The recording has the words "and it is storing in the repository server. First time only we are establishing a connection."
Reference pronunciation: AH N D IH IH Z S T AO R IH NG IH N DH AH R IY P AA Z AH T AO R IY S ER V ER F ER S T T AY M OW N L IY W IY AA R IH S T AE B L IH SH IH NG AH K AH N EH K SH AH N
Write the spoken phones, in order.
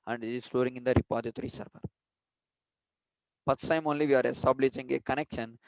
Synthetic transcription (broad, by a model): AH N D IH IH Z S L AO R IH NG IH N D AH R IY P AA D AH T R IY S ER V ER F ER T S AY M OW N L IY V IY AA R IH S T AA B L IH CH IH NG AH K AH N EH K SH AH N